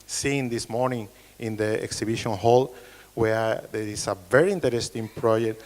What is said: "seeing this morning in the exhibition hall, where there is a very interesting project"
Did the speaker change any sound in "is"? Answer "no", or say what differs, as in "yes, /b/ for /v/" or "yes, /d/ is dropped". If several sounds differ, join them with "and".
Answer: yes, /s/ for /z/